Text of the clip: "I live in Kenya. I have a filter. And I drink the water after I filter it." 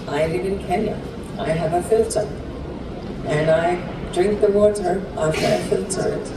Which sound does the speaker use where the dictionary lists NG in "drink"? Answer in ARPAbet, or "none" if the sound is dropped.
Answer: NG